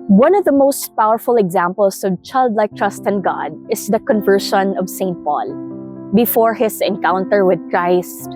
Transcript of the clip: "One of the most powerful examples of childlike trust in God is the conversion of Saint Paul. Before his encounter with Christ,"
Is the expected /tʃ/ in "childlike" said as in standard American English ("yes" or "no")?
yes